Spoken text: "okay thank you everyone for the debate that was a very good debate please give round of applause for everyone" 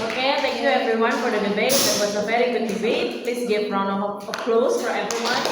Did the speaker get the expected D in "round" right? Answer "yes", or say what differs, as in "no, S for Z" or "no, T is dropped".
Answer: no, D is dropped